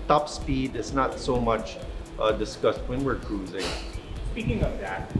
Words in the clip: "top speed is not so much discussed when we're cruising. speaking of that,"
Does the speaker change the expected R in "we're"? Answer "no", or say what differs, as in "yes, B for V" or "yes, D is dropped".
no